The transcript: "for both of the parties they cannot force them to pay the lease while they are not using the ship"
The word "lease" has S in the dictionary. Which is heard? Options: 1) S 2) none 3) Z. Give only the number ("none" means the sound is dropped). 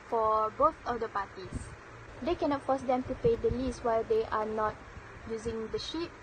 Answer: 1